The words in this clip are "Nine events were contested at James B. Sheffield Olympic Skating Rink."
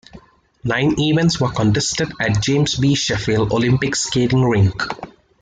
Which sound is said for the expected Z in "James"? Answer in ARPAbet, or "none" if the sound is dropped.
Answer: S